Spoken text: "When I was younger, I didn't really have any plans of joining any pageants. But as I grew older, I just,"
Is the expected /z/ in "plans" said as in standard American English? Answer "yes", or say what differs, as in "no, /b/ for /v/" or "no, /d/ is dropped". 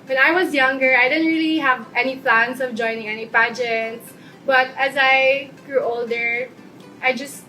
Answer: no, /s/ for /z/